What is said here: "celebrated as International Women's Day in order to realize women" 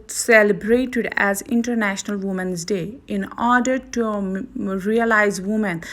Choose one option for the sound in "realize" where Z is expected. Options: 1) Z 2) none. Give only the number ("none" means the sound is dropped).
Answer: 1